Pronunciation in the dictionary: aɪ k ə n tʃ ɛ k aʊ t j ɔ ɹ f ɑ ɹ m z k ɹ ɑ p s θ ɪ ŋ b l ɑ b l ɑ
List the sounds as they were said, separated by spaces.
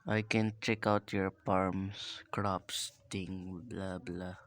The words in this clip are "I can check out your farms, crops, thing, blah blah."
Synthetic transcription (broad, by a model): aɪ k ə n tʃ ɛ k aʊ t j ɔ ɹ p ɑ ɹ m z k ɹ ɑ p s t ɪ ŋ b l ɑ b l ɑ